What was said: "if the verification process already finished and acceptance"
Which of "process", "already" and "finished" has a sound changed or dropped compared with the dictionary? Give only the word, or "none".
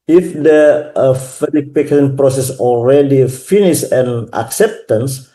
finished